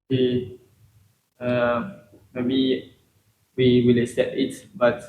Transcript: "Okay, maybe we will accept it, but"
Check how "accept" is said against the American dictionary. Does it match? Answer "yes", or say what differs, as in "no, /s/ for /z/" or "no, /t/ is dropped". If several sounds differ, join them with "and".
no, /p/ is dropped